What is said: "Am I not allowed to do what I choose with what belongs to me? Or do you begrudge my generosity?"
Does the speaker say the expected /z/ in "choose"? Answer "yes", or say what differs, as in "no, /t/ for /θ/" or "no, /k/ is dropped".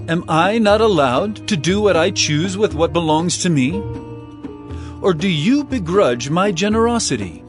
yes